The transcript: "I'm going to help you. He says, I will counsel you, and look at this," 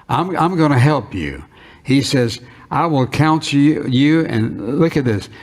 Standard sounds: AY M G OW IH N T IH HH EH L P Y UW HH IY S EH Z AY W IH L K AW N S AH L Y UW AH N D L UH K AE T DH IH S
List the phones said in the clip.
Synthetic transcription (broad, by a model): AY M G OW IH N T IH HH EH L P Y UW HH IY S EH Z AY W IH L K AW N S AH Y UW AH N L UH K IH T DH IH S